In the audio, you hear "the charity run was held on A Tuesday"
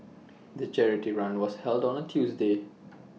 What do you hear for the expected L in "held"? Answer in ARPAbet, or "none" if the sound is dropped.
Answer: L